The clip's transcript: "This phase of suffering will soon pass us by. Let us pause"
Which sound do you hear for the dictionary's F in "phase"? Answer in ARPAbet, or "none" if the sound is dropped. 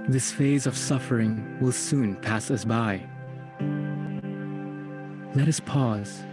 F